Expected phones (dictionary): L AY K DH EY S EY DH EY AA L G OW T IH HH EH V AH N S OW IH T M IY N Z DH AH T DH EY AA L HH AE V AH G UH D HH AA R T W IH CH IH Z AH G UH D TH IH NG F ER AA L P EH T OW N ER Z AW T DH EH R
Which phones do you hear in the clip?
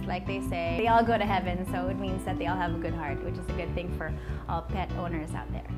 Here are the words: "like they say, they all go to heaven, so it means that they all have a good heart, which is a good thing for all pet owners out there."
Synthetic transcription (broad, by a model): L AY K DH EY S EY DH EY AA L G OW T IH HH EH V AH N S OW IH T M IY N Z DH AH T DH EY AA L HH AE V AH G UH D HH AA R T W IH CH IH Z AH G UH D TH IH NG F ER AA L P EH T OW N ER Z AW T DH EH R